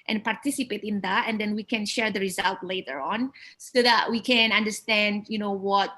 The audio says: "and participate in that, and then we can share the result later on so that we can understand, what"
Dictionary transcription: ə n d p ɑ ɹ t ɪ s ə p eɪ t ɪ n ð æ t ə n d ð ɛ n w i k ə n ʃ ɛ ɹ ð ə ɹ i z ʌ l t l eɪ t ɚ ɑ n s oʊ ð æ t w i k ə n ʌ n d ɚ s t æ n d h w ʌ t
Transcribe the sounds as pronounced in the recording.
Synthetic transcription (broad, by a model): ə n p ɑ ɹ t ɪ s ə p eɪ t ɪ n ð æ t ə n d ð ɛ n w i k ə n ʃ ɛ ɹ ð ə ɹ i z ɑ l t l eɪ t ɚ ɑ n s oʊ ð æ t w i k ə n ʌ n d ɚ s t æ n d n w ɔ t